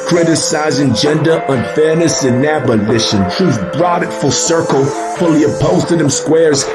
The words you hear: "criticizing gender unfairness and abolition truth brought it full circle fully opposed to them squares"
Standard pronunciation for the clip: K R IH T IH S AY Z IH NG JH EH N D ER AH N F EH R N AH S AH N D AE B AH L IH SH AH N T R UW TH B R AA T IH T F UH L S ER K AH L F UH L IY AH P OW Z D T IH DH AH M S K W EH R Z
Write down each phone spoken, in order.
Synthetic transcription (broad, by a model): K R IH T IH S AY Z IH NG JH EH N D ER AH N F EH R N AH S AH N AE B AH L IH SH AH N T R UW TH B R AA T IH T F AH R S ER K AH L F UH L IY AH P OW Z T IH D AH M S K W EH R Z